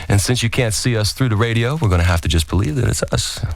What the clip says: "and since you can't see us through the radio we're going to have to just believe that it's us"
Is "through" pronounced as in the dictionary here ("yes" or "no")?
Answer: yes